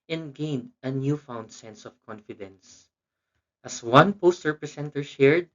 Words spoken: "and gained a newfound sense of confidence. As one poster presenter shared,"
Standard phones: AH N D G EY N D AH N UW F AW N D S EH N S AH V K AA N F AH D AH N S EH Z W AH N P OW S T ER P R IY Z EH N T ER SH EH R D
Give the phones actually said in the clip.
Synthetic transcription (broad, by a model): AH N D G EY N D AH N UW F AW N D S EH N S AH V K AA N F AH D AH N S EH S W AH N P OW S T ER P R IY S EH N T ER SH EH R D